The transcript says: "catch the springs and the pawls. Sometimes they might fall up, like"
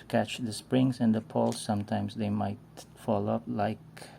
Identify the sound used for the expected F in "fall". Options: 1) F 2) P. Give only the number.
1